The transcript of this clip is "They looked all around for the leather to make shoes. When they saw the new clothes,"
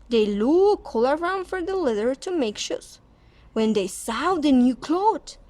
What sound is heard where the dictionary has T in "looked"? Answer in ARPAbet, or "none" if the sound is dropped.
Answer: none